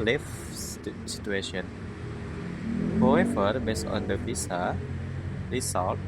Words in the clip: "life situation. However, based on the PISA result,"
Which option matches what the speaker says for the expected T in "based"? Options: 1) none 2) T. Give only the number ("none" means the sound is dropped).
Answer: 1